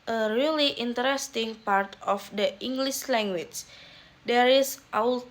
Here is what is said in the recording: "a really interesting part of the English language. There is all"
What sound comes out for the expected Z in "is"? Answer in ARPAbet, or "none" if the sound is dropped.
S